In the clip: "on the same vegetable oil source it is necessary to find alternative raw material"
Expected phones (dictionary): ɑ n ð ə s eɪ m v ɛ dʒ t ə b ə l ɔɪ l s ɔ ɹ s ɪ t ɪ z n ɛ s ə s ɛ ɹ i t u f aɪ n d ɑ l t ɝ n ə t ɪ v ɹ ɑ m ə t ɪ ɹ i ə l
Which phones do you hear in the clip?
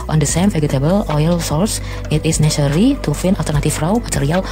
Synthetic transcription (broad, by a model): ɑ n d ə s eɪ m f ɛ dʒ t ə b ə l ɔɪ l s ɔ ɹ s ɪ t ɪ s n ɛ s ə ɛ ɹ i t u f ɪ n ɑ l t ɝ n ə t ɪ f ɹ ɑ m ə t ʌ ɹ i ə l